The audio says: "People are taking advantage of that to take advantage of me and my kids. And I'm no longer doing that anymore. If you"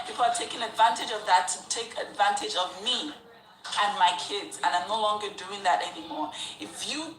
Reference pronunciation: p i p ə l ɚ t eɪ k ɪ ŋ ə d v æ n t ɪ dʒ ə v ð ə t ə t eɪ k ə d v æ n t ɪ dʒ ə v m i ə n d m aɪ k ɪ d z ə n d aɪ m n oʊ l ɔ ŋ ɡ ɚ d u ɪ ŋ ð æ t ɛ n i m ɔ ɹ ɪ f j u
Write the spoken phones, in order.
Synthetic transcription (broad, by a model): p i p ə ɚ t eɪ k ɪ ŋ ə d v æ n t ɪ dʒ ə v ð ə t ə t eɪ k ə d v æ n t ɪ dʒ ə v m i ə n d m aɪ k ɪ d z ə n aɪ m n oʊ l ɔ ŋ ɡ ɚ d u ɪ ŋ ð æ t ɛ n i m ɔ ɹ ɪ f j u